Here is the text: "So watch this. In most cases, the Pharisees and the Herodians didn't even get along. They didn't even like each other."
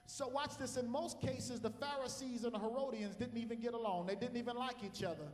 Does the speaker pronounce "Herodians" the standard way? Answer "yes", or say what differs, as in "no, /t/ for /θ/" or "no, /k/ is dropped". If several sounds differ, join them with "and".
yes